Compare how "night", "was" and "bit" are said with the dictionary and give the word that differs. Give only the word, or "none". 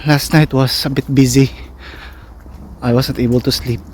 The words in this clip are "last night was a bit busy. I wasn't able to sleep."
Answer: was